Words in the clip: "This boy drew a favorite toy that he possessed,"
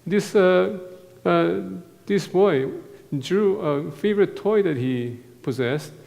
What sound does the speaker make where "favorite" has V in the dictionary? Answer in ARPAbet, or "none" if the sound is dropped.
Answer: V